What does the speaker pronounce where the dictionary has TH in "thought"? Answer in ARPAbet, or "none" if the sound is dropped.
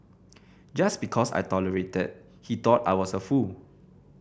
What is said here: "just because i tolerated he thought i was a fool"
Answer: T